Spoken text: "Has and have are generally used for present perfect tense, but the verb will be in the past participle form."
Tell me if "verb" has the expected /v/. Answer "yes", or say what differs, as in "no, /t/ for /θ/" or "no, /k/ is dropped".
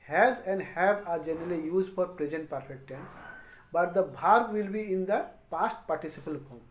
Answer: no, /b/ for /v/